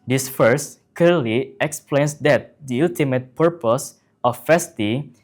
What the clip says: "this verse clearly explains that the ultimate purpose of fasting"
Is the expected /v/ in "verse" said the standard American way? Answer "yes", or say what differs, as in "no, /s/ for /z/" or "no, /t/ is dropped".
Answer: no, /f/ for /v/